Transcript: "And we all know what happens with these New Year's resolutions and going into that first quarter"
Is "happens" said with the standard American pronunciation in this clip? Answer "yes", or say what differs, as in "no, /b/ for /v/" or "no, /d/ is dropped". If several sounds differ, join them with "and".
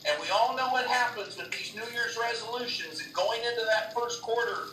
yes